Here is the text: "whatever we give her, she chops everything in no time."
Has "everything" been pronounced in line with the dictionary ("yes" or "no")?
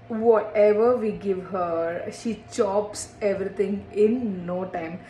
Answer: no